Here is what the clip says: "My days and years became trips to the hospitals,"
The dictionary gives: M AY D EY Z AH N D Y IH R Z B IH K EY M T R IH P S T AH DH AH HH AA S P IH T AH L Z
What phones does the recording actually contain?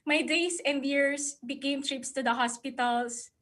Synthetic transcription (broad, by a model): M AY D EY S AH N D Y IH R S B IH K EY M T R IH P S T AH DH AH HH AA S P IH T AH L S